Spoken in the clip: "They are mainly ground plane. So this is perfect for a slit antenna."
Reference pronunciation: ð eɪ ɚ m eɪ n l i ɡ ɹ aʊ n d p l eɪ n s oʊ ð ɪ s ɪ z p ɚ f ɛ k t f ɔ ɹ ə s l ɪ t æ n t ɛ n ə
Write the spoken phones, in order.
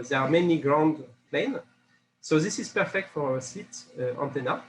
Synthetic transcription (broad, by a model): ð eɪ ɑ m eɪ n i ɡ ɹ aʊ n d p l eɪ n s oʊ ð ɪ s ɪ z p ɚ f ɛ k t f ɔ ɹ ə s i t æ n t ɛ n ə